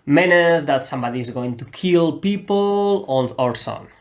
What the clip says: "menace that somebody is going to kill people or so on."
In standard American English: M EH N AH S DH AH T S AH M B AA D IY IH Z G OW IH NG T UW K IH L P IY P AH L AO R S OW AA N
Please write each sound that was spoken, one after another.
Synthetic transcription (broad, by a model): M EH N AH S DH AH T S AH M B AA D IY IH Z G OW IH NG T UW K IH L P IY P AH N AO R S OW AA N